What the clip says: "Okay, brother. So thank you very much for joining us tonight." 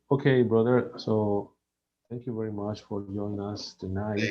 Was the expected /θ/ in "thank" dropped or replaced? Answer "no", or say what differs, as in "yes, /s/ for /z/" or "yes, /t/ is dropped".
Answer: yes, /t/ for /θ/